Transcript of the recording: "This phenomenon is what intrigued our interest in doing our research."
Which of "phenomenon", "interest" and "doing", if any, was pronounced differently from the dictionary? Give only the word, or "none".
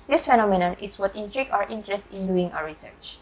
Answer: none